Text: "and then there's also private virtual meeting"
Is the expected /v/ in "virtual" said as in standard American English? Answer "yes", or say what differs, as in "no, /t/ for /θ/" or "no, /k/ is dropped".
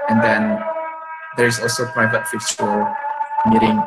no, /f/ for /v/